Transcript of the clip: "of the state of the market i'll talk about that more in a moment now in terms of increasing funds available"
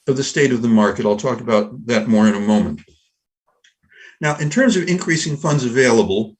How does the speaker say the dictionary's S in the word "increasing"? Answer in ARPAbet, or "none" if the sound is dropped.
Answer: S